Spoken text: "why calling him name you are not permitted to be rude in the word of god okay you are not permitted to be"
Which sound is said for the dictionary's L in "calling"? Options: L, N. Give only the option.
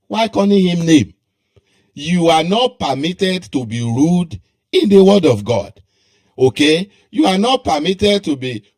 N